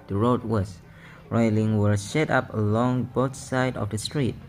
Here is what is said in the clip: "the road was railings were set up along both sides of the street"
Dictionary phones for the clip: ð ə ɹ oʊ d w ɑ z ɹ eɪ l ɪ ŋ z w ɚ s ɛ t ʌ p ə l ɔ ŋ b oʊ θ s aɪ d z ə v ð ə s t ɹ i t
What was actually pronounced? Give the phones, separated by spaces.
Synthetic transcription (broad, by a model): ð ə ɹ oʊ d w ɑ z ɹ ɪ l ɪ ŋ w ɚ ʃ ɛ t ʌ p ə l ɔ ŋ b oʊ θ s aɪ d ə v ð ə s t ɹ i t